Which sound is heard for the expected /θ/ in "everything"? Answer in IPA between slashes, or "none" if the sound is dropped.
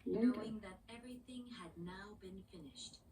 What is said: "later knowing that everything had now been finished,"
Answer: /θ/